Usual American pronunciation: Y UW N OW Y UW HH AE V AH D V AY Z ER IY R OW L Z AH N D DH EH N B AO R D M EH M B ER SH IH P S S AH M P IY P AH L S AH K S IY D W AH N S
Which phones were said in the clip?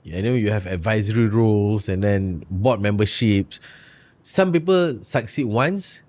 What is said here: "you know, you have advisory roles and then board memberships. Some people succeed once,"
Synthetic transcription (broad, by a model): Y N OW Y UW HH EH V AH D V AY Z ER IY R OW L S AH N D EH N B AO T M EH M B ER SH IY P S S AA M P IY P AH L S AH K S IY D W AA N S